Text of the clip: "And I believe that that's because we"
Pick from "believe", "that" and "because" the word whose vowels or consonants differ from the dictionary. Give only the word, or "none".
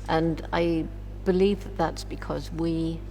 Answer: none